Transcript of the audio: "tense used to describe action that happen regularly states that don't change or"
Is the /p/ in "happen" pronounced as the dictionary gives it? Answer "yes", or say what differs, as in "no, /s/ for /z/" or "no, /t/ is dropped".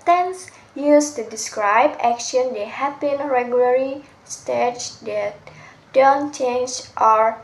no, /b/ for /p/